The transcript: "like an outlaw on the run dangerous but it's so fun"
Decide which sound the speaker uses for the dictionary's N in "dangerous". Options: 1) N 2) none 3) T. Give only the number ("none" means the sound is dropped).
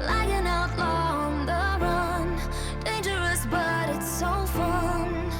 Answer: 1